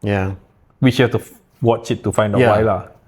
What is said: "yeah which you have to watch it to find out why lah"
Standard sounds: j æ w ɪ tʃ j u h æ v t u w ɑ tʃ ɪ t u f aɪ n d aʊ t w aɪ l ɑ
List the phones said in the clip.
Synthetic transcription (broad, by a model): j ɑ w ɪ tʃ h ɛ f t u w ɑ tʃ ɪ t u f aɪ n d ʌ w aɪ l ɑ